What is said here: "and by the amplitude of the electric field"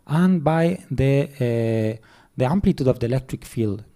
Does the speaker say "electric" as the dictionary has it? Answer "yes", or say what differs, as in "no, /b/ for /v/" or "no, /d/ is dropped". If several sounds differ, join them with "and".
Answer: yes